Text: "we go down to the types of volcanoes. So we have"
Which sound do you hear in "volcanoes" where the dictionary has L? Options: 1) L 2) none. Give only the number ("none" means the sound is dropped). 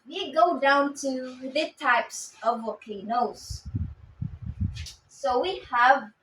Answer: 2